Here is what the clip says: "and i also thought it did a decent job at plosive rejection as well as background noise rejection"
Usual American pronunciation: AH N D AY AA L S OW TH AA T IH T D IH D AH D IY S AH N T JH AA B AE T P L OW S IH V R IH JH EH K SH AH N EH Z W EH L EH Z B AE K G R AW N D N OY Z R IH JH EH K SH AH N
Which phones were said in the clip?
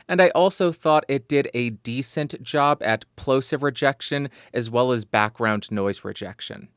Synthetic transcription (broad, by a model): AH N D AY AA L S OW TH AA T IH T D IH D AH D IY S AH N T JH AA B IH T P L OW S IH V R IH JH EH K SH AH N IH Z W EH L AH Z B AE K G R AW N D N OY Z R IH JH EH K SH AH N